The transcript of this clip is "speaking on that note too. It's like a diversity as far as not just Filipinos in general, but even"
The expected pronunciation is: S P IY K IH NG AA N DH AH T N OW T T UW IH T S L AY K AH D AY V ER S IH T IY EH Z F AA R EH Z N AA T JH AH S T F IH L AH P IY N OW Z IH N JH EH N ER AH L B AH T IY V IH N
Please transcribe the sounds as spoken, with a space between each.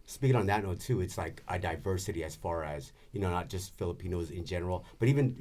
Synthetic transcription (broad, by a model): S P IY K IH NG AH N DH AH T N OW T T UW IH T S L AY K AH D AY V ER S IH T IY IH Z F AA R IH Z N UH T JH AH S T F IH L AH P IY N OW Z IH N JH EH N ER L B AH T IY V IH N